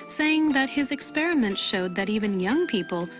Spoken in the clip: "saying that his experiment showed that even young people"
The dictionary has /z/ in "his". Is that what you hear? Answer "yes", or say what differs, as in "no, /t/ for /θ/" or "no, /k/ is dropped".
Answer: yes